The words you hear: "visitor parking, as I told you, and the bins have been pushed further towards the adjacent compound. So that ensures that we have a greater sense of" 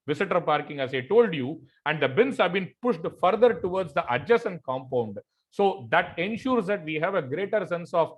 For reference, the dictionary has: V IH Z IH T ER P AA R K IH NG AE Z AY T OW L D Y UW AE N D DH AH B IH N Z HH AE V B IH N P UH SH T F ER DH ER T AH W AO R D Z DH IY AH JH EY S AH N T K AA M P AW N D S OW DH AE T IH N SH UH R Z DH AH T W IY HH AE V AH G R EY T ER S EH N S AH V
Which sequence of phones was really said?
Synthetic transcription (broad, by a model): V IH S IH T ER P AA R K IH NG AE Z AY T OW L D Y UW AE N D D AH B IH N S HH AE V B IH N P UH SH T F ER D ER T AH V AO R D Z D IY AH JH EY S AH N K AA M P AW N D S OW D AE T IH N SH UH R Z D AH T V IY HH AE V AH G R EY T ER S EH N S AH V